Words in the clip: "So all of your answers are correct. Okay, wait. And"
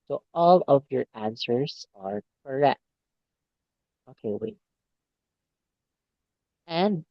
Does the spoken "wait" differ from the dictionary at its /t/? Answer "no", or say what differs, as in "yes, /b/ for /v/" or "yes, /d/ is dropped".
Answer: yes, /t/ is dropped